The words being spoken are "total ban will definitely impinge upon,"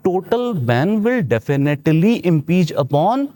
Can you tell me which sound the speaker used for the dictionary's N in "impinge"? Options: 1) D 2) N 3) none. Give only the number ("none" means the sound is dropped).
3